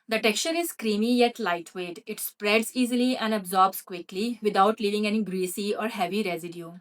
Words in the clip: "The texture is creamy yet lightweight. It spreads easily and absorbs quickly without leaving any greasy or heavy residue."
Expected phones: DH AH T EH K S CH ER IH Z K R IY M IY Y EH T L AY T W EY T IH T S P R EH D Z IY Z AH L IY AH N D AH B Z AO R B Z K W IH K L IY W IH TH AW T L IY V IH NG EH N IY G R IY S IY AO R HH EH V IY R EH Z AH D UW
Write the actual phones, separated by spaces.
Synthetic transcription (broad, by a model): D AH T EH K S CH ER IH Z K R IY M IY Y EH T L AY T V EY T IH T S P R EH D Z IY Z AH L IY AH N D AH B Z AO R B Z K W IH K L IY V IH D AW T L IY V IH NG EH N IY G R IY S IY AO R HH EH V IY R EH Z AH D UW